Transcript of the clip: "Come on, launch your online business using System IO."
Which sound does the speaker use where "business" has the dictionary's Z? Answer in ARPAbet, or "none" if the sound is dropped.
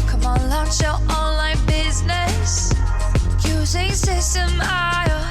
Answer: Z